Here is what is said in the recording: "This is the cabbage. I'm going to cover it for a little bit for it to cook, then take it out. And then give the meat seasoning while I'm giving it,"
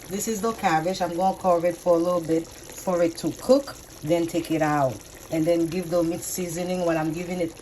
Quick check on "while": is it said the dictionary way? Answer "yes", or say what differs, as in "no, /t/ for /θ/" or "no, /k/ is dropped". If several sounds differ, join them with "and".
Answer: no, /n/ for /l/